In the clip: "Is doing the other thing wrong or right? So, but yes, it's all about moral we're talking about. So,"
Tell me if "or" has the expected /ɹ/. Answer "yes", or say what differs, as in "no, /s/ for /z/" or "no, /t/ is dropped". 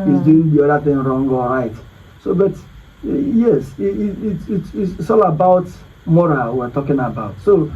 no, /l/ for /ɹ/